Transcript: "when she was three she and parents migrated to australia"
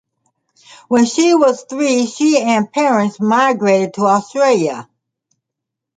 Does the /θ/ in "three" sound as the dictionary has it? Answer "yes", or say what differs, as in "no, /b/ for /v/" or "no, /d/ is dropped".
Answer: yes